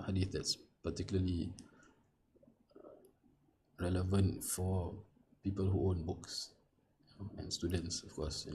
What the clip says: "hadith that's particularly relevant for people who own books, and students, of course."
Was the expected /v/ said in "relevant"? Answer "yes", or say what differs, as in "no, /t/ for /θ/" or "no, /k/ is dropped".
yes